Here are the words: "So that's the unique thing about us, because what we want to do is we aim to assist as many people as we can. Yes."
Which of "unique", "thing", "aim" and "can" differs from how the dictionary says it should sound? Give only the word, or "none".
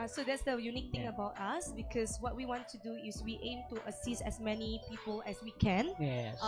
thing